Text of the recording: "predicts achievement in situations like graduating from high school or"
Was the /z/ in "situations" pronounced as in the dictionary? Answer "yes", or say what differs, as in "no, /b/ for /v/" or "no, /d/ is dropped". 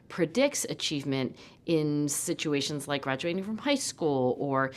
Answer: yes